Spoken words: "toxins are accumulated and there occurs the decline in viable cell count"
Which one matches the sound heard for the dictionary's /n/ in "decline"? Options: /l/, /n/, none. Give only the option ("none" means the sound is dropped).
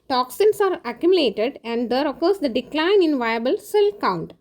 /n/